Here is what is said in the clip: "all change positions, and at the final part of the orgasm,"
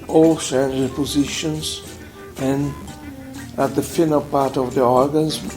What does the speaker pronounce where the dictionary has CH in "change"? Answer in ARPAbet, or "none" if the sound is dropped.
S